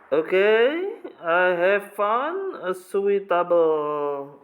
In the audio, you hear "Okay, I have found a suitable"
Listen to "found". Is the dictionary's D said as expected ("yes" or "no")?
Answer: no